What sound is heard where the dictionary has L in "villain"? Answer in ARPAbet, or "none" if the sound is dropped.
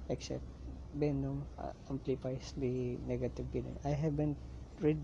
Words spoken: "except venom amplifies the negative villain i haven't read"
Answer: N